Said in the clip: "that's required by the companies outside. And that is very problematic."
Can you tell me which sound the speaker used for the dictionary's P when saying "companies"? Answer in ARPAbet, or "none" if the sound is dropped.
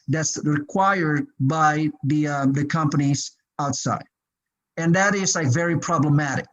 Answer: P